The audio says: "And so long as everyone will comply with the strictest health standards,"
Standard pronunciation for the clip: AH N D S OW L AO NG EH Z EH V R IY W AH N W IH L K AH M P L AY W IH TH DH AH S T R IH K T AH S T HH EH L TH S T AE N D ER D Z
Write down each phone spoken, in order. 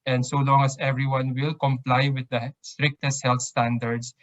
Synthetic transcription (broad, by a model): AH N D S OW L AO NG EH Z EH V R IY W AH N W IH L K AH M P L AY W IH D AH S T R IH K T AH S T HH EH L T S T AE N D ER D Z